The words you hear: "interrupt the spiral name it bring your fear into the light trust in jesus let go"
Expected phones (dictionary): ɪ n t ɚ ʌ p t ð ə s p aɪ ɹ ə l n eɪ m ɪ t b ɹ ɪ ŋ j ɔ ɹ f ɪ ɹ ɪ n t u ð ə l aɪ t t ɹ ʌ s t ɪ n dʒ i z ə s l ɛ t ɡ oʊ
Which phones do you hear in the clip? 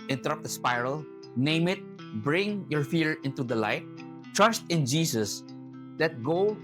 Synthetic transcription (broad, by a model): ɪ n t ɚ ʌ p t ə s p aɪ ɹ ə l n eɪ m ɪ t b ɹ ɪ ŋ j ɔ ɹ f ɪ ɹ ɪ n t u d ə l aɪ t t ɹ ʌ s t ɪ n dʒ i s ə s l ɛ t ɡ oʊ